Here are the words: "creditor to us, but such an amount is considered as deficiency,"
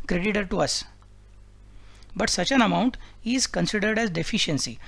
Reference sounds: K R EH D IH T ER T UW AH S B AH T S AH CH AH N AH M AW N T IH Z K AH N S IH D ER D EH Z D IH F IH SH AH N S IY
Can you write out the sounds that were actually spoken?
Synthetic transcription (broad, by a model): K R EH D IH T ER T UW AH S B AH T S AH CH AH N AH M AW N T IH Z K AH N S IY D ER D EH Z D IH F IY SH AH N S IY